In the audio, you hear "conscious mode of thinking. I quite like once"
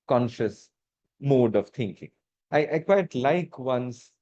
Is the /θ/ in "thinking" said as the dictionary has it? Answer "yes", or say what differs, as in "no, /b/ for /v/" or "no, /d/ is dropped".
no, /t/ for /θ/